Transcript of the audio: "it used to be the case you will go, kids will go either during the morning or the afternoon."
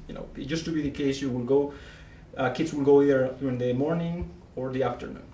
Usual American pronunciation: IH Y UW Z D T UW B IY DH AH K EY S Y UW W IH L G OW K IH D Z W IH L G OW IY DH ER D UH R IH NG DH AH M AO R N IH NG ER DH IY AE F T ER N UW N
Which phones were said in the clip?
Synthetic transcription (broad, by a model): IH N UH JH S T UW B IY DH AH K EY S Y UW W IH L G OW K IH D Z W IH L G OW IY ER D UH R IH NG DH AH M AO R N IH NG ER DH IY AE F T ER N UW N